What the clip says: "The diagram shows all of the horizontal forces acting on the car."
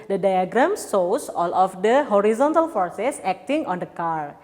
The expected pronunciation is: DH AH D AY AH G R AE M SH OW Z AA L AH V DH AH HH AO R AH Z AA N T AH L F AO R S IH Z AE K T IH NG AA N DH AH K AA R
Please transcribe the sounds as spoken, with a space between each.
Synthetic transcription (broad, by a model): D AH D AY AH G R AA M S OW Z AA L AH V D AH HH AO R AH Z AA N T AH L F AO R S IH S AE K T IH NG AA N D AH K AA R